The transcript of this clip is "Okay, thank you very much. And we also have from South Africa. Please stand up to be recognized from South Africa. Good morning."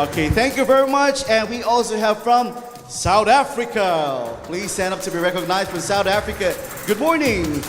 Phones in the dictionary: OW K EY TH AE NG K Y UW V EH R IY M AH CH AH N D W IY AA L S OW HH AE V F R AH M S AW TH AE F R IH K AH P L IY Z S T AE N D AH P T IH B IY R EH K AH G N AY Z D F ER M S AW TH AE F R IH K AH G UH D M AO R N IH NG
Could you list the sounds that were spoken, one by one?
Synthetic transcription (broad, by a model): OW K EY TH AE NG K Y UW V EH R IY M AH CH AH N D W IY AA L S OW HH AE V F R AH M S AW TH AE F R IH K AH P L IY Z S T AE N D AH P T IH B IY R EH K AH G N AY Z D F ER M S AW TH AE F R IH K AH G UH D M AO R N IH NG